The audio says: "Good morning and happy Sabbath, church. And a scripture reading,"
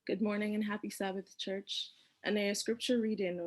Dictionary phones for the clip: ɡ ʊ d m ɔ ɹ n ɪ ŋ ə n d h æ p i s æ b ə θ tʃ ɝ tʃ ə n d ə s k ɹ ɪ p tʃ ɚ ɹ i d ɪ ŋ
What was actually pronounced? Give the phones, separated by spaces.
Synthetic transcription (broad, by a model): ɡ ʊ d m ɔ ɹ n ɪ ŋ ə n h æ p i s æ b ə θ tʃ ɝ tʃ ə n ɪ ə s k ɹ ɪ p tʃ ɚ ɹ i d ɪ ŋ